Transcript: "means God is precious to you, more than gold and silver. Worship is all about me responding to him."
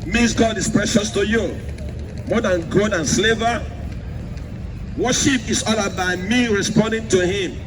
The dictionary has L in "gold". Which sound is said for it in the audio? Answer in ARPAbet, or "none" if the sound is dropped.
none